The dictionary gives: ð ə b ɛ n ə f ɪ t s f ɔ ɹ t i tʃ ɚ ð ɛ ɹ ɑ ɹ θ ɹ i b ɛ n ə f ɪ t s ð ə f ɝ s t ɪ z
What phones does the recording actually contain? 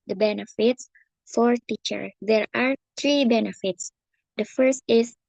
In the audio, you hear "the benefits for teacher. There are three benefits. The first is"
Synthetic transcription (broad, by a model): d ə b ɛ n ə f ɪ t s f ɔ ɹ t i tʃ ɚ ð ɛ ɹ ɑ ɹ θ ɹ i b ɛ n ə f ɪ t s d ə f ɝ s t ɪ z